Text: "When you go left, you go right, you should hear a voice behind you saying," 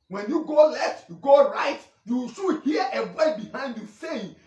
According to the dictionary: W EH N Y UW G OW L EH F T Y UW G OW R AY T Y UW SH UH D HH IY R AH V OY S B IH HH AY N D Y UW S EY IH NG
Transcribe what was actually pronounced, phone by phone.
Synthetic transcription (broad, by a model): W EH N Y UW G OW L EH F T Y UW G OW R AY T Y UW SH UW HH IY AH W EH B IH HH AY N D Y UW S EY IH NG